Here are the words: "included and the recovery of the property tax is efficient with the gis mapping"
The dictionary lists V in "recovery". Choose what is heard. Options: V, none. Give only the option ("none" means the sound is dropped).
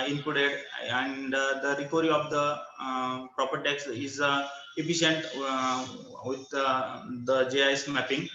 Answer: none